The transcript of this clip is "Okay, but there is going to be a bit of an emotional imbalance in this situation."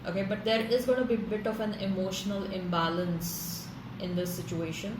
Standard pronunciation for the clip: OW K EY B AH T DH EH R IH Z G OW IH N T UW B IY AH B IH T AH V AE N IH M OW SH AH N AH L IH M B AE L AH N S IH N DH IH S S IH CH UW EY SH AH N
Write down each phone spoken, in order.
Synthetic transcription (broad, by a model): OW K EY B AH T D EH R IH Z G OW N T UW B IY B IH T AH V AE N IH M OW SH AH N AH L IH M B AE L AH N S IH N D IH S S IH CH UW EY SH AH N